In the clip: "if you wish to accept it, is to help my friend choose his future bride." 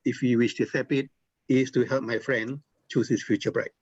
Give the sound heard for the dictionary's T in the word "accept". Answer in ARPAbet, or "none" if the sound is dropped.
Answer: none